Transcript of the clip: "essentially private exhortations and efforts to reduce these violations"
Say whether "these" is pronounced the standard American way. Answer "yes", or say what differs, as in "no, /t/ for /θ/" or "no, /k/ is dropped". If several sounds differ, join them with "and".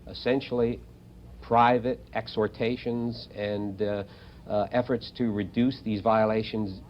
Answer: yes